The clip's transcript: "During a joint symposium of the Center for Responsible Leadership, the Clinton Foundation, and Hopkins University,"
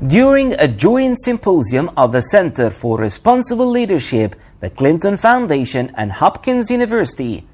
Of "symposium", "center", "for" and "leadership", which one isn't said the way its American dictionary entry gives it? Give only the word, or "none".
none